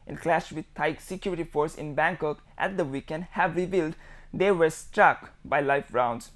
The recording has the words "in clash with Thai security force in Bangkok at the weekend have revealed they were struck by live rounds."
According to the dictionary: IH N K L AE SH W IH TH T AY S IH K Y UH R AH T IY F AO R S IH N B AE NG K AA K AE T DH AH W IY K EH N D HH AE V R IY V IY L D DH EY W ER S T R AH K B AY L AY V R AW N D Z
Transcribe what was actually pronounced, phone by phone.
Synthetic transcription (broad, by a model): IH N K L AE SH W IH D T AY S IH K Y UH R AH T IY F AO R S IH N B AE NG K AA K AE T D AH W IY K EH N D HH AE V R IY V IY L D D EY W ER S T R AH K B AY L AY F R AW N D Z